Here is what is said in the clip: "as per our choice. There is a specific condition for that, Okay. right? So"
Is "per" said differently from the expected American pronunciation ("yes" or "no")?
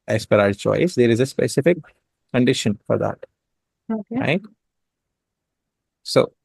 no